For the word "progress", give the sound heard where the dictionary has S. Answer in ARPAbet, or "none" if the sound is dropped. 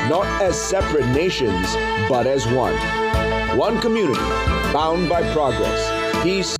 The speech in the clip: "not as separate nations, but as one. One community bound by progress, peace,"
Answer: S